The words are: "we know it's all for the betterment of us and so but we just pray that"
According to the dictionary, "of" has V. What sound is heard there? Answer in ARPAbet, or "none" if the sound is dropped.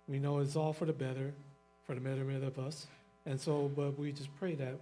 V